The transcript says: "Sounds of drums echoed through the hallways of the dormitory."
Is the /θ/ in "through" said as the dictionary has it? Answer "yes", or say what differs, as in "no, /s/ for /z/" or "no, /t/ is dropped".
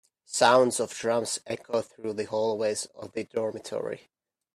yes